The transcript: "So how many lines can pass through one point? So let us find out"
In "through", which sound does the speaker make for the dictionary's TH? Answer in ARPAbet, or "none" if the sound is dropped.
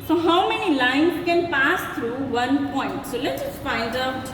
T